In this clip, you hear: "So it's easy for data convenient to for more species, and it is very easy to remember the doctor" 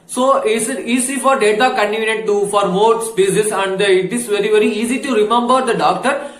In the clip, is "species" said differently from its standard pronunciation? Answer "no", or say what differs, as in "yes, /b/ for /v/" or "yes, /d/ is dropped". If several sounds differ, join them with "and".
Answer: yes, /s/ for /ʃ/